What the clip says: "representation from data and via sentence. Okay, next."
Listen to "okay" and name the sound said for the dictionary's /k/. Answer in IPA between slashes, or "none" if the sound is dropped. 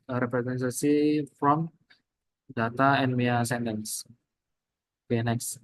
none